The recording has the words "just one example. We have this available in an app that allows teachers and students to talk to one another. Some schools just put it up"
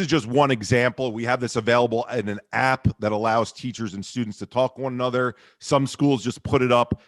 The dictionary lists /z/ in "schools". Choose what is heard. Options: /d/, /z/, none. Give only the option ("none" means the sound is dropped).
/z/